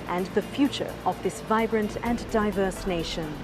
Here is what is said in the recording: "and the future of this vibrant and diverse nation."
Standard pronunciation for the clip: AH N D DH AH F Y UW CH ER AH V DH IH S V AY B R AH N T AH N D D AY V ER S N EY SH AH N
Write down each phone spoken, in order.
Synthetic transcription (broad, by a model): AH N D DH AH F Y UW CH ER AH V DH IH S V AY B R AH N T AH N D D AY V ER S N EY SH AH N